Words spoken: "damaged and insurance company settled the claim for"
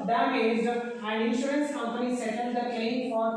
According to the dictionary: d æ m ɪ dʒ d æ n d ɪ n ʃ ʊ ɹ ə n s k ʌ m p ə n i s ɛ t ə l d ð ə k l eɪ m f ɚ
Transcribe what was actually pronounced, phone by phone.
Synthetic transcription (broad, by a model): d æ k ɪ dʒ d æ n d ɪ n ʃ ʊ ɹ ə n s k ʌ m p ə n i s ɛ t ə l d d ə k eɪ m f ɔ